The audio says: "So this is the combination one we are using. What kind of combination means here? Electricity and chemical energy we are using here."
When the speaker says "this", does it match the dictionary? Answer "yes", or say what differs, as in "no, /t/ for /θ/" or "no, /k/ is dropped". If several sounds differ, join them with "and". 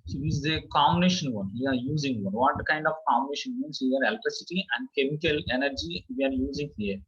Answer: no, /s/ is dropped